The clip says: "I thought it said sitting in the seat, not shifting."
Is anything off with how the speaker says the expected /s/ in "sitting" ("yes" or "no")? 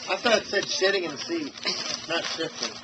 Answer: yes